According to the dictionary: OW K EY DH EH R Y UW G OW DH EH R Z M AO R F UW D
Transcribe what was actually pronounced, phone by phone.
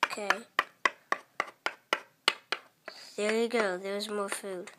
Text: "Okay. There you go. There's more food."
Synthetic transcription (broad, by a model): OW K EY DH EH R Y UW G OW DH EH W Z M AO R F UW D